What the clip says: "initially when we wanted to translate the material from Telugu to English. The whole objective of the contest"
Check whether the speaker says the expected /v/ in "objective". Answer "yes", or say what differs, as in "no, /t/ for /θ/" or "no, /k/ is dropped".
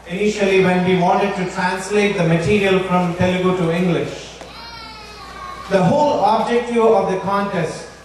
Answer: no, /v/ is dropped